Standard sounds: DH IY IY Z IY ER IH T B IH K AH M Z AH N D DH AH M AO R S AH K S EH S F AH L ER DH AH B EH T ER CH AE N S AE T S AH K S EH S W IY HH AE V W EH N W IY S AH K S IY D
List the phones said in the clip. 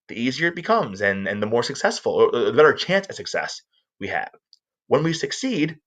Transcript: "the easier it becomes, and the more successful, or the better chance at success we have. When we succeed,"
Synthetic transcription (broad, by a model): DH IY IY Z IY ER IH T B IH K AH M Z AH N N DH AH M AO R S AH K S EH S F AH L ER DH AH B EH T ER CH AE N S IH S AH K S EH S W IY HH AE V W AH N W IY S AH K S IY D